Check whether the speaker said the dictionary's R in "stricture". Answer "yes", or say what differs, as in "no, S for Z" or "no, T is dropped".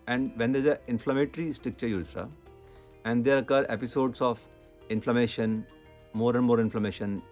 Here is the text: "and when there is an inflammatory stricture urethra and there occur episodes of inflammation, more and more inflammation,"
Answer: no, R is dropped